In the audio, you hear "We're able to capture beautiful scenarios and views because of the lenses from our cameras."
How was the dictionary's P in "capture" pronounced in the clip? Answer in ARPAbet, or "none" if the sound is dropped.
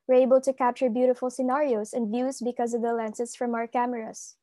P